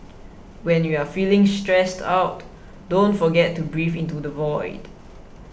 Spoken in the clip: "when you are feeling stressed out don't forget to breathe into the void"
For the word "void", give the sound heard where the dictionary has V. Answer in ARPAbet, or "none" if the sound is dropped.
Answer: V